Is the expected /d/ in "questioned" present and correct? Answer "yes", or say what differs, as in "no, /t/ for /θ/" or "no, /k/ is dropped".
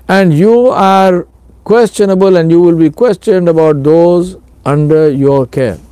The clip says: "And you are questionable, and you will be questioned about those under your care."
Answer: yes